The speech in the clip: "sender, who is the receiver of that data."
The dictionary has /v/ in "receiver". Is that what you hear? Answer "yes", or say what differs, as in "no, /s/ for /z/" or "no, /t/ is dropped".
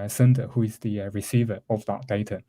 yes